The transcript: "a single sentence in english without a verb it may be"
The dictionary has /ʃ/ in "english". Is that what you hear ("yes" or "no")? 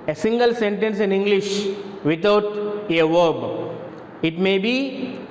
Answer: yes